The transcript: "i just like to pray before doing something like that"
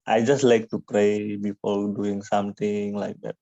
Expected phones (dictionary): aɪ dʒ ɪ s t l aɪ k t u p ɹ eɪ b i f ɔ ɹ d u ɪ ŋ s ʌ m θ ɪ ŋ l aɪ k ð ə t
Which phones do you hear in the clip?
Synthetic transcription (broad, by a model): aɪ dʒ ɪ s t l aɪ k t u p ɹ eɪ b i p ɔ l d u ɪ ŋ s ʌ m t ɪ ŋ l aɪ k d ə t